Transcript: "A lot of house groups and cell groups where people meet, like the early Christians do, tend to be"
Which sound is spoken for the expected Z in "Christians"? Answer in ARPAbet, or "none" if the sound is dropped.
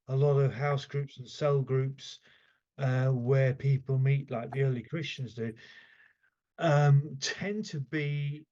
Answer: Z